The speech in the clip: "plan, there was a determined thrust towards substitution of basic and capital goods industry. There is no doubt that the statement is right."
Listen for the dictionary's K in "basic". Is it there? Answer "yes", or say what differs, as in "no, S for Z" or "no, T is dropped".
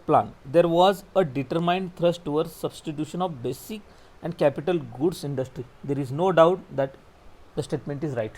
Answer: yes